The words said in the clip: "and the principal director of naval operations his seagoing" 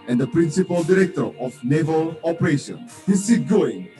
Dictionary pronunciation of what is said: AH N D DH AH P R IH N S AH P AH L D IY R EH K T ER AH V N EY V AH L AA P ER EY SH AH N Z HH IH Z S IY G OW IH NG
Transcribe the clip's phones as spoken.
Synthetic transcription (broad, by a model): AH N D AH P R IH N S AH P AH L D IY R EH K T ER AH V N EY V AH L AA P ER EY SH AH N HH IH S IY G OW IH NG